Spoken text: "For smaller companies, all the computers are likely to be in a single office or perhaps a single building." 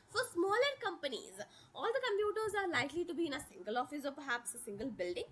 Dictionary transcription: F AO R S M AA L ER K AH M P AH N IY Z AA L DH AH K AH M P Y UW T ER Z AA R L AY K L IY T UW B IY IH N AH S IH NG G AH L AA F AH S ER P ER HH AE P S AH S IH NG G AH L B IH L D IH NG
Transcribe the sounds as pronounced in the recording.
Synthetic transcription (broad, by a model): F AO R S M AA L ER K AH M P AH N IY Z AA L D AH K AH M P Y UW T ER Z AA R L AY K L IY T UW B IY IH N AH S IH NG G AH L AA F AH S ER P ER HH AE P S AH S IH NG G AH L B IH L D IH NG